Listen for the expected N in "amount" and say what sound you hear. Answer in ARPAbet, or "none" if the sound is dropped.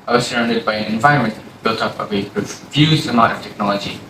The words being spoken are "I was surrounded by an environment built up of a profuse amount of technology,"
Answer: none